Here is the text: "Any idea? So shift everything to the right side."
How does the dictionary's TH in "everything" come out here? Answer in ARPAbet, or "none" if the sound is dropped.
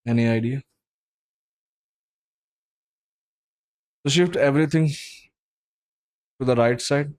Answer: T